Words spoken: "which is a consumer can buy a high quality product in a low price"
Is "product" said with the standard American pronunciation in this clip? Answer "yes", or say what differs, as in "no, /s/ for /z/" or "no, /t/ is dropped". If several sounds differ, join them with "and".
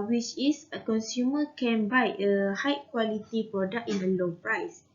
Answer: no, /t/ is dropped